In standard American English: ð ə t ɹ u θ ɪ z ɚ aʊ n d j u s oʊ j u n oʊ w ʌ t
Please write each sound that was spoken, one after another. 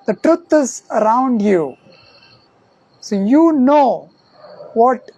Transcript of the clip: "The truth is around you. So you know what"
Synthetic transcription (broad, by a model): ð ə t ɹ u t ɪ z ɚ aʊ n d j u s oʊ j u n oʊ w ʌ t